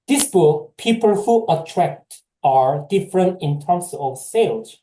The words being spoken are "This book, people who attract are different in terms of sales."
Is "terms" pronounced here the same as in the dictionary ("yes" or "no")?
no